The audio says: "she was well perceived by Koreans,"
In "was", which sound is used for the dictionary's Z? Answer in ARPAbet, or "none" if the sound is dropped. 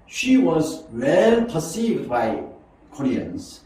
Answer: Z